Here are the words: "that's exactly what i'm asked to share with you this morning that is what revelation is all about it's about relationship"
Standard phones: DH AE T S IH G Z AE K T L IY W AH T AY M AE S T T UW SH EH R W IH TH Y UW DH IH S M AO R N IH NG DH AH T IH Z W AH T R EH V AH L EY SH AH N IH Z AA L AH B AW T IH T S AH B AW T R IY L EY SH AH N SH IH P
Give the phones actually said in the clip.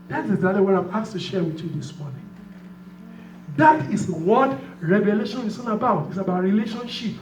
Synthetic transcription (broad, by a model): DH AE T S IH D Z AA T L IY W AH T AY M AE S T T UW SH EH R W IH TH Y UW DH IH S M AO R N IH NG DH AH T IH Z W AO T R EH V AH L EY SH AH N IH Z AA N AH B AW T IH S AH B AW T R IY L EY SH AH N SH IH P